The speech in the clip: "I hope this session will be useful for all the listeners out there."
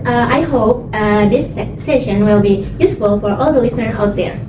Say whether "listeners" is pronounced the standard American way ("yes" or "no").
no